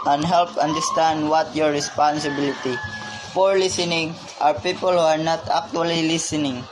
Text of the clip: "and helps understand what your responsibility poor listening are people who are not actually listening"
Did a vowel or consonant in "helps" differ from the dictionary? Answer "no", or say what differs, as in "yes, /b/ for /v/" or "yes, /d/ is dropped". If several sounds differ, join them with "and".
yes, /s/ is dropped